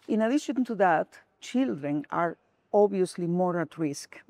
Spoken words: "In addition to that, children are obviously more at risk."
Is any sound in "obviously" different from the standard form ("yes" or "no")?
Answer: yes